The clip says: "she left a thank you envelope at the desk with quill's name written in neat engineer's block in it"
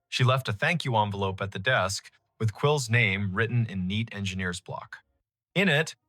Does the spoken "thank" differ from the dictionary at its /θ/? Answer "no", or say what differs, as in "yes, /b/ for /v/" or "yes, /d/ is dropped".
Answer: no